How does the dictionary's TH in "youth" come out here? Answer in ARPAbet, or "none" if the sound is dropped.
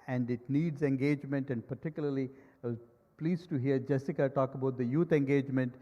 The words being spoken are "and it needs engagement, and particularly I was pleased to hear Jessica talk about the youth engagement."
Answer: T